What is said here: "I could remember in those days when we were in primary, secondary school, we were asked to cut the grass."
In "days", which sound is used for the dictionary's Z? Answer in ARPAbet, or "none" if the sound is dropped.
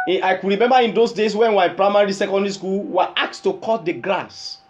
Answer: S